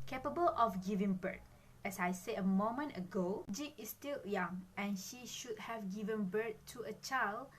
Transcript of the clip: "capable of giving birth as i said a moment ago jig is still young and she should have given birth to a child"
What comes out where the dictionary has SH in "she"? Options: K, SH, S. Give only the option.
SH